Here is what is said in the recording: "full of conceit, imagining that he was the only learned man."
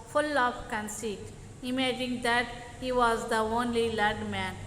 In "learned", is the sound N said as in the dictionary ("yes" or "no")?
no